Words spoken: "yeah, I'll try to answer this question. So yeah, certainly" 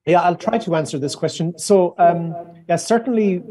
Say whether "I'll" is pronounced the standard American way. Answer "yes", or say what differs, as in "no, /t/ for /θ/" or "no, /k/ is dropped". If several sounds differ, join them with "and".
yes